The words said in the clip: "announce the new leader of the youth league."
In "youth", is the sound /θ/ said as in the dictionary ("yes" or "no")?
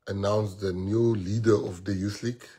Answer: no